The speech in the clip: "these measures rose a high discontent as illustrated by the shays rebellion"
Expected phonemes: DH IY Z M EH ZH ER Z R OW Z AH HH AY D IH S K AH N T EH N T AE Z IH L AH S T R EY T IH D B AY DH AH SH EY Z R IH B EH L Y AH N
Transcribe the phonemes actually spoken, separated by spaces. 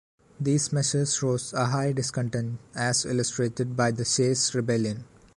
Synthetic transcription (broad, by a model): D IY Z M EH SH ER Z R OW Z AH HH AY D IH S K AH N T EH N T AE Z IH L AH S T R EY T IH D B AY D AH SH EY S R IH B EH L Y AH N